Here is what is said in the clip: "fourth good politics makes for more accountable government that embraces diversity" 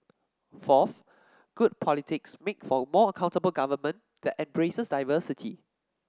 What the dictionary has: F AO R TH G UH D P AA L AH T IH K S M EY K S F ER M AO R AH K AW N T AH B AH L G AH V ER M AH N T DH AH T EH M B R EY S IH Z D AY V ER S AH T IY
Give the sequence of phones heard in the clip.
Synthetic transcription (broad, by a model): F AO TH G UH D P AA L AH T IH K S M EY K F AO M AO AH K AW N T AH B AH L G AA V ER M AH N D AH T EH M B R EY S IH S D AY V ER S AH T IY